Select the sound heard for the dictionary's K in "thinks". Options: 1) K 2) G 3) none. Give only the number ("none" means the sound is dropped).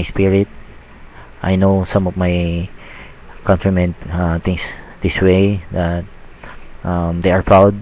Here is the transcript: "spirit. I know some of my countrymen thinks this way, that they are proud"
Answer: 3